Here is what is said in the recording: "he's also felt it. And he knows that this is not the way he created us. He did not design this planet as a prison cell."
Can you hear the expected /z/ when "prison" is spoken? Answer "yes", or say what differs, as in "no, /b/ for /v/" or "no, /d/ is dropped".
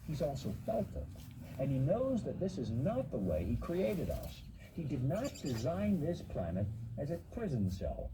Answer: yes